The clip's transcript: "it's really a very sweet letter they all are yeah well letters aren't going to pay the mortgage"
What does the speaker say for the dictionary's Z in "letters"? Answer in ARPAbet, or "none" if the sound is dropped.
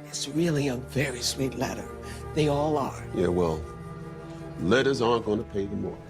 Z